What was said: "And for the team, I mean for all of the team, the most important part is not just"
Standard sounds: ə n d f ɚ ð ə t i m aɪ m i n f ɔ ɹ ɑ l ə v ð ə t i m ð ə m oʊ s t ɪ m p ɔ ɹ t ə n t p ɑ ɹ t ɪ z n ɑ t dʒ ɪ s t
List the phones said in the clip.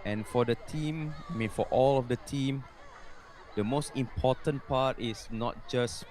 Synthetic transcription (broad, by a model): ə n f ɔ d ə t i m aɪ m i n f ɔ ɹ ɑ l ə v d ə t i m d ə m oʊ s t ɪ m p ɔ t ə n p ɑ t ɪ s n ɑ t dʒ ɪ s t